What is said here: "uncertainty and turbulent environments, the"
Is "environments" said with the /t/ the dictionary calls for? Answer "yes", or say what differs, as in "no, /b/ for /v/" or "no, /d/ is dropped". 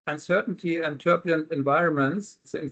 no, /s/ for /t/